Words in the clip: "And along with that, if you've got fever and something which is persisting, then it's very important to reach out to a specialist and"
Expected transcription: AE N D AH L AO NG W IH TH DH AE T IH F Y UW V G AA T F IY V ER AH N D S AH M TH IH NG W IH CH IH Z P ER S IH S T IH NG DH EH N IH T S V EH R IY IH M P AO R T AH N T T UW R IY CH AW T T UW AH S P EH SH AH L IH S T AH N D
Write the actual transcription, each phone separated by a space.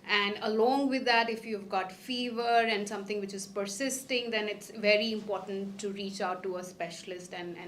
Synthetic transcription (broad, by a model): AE N D AH L AO NG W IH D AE T IH F Y UW V G AA T F IY V ER AH N D S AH M T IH NG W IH CH IH Z P ER S IH S T IH NG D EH N IH T S V EH R IY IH M P AO R T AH N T T UW R IY CH AW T T UW AH S P EH SH AH L IH S T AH N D